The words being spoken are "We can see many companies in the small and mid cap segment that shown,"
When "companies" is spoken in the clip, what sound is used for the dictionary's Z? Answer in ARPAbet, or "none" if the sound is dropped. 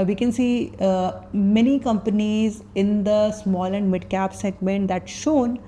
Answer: Z